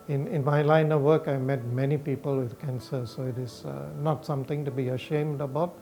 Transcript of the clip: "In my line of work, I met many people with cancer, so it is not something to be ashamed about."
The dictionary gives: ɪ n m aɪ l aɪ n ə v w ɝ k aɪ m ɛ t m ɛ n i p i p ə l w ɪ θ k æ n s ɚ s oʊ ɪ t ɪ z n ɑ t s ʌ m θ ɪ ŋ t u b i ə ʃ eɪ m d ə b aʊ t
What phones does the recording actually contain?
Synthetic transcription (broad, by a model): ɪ n m aɪ l aɪ n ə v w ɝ k aɪ m ɛ t m ɛ n i p i p ə l w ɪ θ k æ n s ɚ s oʊ ɪ t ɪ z n ɑ t s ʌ m t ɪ ŋ t u b i ə ʃ eɪ m d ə b aʊ t